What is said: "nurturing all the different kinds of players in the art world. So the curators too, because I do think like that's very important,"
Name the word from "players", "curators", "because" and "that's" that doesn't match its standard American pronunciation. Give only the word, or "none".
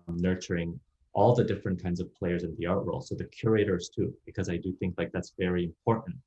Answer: none